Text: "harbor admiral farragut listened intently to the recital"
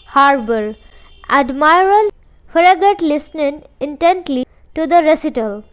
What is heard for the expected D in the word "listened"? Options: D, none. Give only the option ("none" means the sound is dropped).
none